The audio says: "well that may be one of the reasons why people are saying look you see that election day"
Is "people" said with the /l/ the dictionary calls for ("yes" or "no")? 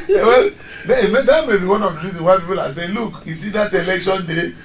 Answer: yes